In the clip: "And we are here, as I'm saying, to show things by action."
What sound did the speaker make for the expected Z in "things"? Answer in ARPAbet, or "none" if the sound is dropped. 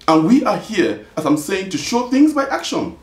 Z